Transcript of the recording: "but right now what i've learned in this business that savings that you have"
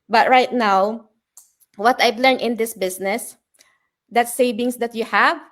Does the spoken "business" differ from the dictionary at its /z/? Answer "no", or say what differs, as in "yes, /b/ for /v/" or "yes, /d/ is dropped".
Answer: yes, /s/ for /z/